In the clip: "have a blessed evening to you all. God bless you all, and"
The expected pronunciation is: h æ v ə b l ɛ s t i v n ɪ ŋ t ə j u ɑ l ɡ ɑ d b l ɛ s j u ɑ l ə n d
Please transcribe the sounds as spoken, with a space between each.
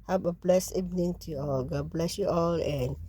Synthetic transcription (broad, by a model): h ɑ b ə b l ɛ s i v n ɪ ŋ t ə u ɑ l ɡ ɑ b l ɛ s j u ɑ l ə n